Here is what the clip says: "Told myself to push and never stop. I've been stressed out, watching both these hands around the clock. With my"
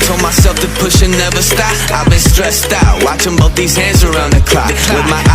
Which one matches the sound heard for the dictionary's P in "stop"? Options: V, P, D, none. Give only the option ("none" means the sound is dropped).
none